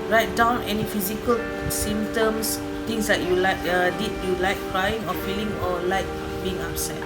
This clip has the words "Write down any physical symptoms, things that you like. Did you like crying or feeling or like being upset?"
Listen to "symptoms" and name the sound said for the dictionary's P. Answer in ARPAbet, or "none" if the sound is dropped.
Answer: none